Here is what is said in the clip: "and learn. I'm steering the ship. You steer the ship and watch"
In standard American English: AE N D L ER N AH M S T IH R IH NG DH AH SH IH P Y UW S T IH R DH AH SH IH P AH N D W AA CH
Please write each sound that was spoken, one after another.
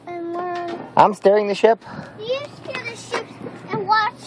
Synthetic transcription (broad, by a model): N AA AH M S T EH R IH NG DH AH SH IH P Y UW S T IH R DH AH SH IH P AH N W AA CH